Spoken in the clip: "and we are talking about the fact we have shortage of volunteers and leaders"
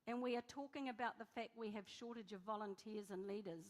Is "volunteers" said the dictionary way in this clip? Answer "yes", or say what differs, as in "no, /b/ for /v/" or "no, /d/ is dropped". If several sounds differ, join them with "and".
yes